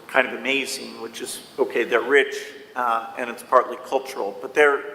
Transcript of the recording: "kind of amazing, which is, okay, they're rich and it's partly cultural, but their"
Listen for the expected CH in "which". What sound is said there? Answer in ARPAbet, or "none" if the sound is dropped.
CH